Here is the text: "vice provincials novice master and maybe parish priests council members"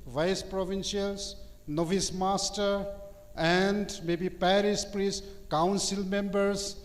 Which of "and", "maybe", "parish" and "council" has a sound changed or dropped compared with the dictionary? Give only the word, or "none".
parish